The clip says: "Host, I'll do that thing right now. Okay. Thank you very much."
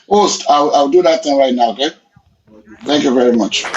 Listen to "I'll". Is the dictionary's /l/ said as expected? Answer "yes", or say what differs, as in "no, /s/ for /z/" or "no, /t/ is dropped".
no, /w/ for /l/